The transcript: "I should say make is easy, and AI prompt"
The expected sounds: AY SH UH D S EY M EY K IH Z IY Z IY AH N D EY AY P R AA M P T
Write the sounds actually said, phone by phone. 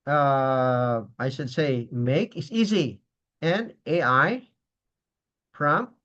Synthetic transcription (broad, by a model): AY SH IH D S EY M EY K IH S IY Z IY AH N EY AY P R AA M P